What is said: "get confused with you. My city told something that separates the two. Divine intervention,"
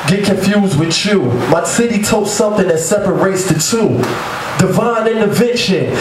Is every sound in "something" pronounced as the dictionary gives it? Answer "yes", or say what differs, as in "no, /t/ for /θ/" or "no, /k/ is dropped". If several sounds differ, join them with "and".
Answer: yes